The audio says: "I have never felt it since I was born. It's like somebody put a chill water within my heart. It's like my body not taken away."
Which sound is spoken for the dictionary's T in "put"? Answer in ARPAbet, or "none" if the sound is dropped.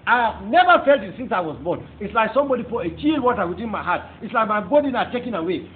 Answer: none